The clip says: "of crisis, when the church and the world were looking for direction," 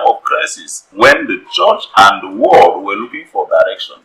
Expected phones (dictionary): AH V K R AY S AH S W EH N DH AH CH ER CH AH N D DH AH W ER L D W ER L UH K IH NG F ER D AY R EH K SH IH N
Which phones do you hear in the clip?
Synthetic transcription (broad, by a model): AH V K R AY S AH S W EH N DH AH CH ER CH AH N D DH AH W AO D W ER L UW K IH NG F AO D AY R EH K SH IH N